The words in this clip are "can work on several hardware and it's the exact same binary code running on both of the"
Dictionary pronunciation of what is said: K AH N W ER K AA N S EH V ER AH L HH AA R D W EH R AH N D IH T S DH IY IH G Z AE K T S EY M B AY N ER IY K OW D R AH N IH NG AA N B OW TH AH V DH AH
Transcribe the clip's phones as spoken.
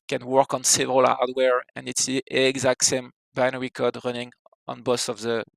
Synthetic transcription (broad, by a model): K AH N W ER K AA N S EH V ER AH L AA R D W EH R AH N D IH T S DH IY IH G Z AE K T S EY M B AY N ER IY K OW D R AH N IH NG AA N B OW S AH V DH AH